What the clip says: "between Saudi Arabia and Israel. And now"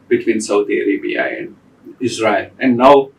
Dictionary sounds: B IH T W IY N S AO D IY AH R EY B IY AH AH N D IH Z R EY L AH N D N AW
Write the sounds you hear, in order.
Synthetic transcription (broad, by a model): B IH T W IY N S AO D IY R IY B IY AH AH N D IH Z R EY L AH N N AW